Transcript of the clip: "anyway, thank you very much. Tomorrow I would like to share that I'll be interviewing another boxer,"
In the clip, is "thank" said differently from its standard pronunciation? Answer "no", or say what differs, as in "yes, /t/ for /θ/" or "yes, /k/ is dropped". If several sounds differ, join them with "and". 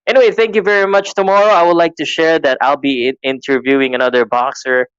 no